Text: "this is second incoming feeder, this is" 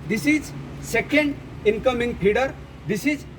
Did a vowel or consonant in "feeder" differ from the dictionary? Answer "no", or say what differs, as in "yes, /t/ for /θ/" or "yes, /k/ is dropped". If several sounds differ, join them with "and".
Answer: yes, /p/ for /f/